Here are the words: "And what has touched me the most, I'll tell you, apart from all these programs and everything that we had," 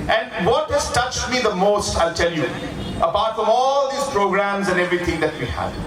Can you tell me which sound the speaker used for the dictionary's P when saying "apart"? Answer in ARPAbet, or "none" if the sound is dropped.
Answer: B